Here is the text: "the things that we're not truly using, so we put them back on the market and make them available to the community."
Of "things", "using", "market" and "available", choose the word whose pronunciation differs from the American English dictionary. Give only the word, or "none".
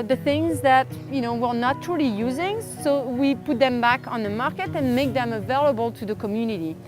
none